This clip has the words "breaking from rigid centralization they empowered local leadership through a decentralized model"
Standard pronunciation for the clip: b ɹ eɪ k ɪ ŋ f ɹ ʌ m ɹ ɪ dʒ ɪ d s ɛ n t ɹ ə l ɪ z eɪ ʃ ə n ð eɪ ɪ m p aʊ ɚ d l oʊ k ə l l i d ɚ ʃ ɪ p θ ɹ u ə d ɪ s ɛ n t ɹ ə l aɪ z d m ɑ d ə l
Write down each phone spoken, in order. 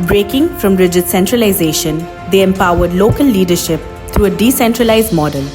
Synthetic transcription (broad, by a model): b ɹ eɪ k ɪ ŋ f ɹ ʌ m ɹ ɪ dʒ ɪ d s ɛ n t ɹ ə l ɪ z eɪ ʃ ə n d eɪ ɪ m p aʊ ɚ d l oʊ k ə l l i d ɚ ʃ ɪ p t ɹ u ə d ɪ s ɛ n t ɹ ə l aɪ z d m ɑ d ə l